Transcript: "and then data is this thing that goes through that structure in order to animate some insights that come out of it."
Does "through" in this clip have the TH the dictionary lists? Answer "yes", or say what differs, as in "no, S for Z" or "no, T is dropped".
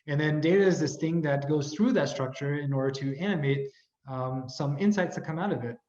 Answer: yes